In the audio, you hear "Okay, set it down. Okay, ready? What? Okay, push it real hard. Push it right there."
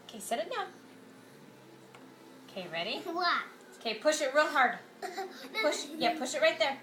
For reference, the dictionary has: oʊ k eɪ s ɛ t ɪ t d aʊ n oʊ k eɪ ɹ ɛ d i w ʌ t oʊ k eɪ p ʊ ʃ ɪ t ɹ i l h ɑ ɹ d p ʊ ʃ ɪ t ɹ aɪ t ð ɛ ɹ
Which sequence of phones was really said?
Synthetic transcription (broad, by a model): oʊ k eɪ s ɛ t ɪ t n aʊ oʊ k eɪ ɹ ɛ d i w ʌ t oʊ k eɪ p ʊ ʃ ɪ t ɹ i l h ɑ ɹ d p ʊ ʃ ɪ t ɹ aɪ t ð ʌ ɹ